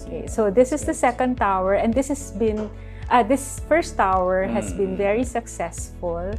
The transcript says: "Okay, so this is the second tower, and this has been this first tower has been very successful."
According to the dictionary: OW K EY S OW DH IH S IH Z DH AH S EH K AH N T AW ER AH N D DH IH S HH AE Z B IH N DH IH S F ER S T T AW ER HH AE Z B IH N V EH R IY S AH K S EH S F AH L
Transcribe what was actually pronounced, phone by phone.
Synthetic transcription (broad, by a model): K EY S OW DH IH S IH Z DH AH S EH K AH N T AW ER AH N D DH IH S HH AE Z B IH N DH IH S F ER S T T AW ER HH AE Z B IH N V EH R IY S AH K S EH S F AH L